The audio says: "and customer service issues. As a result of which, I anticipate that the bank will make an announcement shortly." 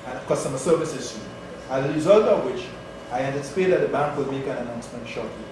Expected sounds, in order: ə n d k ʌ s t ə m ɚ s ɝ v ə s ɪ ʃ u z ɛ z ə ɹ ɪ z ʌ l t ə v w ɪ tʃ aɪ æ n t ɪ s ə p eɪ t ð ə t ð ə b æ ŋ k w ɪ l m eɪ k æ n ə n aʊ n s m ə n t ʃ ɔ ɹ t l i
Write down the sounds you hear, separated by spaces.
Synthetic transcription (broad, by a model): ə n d k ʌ s t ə m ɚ s ɝ v ə s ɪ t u ɑ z ə ɹ ɪ z ʌ l t ə v w ɪ tʃ aɪ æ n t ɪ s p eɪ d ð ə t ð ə b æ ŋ k w ɪ l m eɪ k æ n ə n aʊ n s m ə n t ʃ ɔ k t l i